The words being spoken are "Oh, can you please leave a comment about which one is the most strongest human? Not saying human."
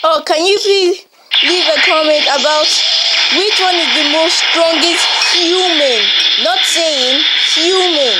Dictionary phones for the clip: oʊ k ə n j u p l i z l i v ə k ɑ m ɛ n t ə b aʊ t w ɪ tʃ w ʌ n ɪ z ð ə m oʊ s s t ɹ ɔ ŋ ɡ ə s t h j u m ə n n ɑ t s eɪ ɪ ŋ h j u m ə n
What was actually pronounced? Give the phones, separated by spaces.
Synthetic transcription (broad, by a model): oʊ k ə n j u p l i l i v ə k ɑ m ɛ n t ə b aʊ t w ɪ tʃ w ʌ n ɪ z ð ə m oʊ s s t ɹ ɔ ŋ ɡ ə s t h j u m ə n n ɑ t s eɪ ɪ ŋ h j u m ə n